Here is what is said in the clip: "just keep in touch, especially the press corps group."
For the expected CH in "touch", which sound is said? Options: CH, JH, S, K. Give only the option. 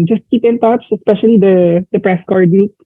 S